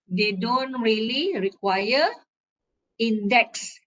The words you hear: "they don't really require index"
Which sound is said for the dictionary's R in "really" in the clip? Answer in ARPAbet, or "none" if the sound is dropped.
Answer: R